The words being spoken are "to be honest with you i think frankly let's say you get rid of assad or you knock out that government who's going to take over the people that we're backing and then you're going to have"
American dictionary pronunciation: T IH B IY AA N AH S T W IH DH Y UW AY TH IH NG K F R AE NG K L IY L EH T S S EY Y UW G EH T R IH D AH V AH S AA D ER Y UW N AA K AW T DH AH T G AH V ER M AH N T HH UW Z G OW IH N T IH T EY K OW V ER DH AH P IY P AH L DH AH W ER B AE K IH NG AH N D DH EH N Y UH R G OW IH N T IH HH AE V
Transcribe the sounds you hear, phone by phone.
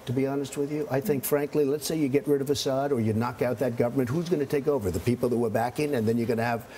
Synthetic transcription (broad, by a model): T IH B IY AA N AH S T W IH DH Y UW AY TH IH NG K F R AE NG K L IY L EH T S S EY Y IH G EH T R IH D AH V AH S AA D ER Y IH N AA K AW T DH AH T G AH V ER M AH N T HH UW Z G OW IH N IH T EY K OW V ER DH AH P IY P L DH AH W ER B AE K IH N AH N DH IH N Y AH R G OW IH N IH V